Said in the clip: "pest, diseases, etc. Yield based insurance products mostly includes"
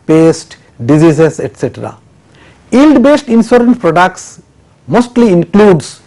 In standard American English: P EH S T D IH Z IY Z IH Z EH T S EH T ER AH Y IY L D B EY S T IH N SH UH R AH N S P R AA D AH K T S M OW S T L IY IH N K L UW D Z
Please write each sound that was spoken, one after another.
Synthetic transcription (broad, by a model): P EH S T D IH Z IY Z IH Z EH T S EH T ER AH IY L D B EY S T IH N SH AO R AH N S P R AA D AH K T S M OW S T L IY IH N K L UW D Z